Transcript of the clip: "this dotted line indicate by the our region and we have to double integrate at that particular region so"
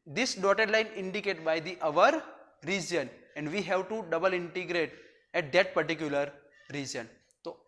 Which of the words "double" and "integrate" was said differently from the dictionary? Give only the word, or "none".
none